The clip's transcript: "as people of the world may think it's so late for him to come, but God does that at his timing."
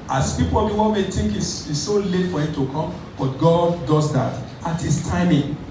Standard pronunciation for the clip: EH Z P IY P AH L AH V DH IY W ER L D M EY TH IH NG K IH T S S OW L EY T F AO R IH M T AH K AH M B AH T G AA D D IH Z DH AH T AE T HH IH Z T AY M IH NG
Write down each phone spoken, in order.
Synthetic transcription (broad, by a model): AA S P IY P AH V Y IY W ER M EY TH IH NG K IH S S S OW L EY T F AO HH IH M T AH K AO M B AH T G AA D D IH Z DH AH T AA T HH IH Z T AY M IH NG